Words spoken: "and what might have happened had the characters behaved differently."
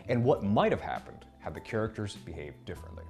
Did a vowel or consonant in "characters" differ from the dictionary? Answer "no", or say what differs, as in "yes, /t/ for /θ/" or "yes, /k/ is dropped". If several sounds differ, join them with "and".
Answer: no